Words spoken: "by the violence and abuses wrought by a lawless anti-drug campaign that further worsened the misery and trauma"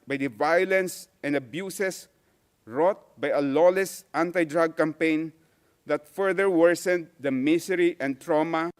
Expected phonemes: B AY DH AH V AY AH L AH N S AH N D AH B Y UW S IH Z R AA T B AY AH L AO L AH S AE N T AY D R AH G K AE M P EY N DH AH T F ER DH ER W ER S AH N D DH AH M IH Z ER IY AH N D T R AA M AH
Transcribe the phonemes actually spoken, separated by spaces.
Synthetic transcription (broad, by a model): B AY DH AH V AY AH L AH N S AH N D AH B Y UW S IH S R AA T B AY AH L AO L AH S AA N T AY D R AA G K AE M P EY N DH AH T F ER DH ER W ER S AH N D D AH M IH S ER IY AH N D T R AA M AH